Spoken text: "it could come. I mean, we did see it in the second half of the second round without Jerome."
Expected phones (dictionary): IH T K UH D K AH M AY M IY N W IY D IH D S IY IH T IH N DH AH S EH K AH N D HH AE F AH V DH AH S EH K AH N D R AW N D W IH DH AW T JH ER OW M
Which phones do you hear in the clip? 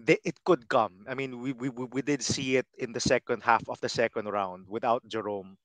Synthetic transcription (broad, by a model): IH T K UH D K AH M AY M IY N W IY D IH D S IY IH T IH N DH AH S EH K AH N D HH AE F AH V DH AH S EH K AH N D R AW N D W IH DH AW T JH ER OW M